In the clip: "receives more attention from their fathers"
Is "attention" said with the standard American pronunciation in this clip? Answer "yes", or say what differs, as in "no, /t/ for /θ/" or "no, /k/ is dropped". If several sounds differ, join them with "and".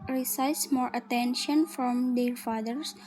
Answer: yes